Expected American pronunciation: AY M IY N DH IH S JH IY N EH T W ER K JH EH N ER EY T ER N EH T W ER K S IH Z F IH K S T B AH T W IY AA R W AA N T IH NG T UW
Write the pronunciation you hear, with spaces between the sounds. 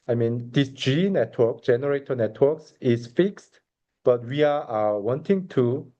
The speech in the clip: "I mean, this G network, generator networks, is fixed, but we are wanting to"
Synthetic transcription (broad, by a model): AY M IY N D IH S JH IY N EH T W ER K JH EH N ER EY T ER N EH T W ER K S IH S F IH K S T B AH T W IY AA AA W AA N T IH NG T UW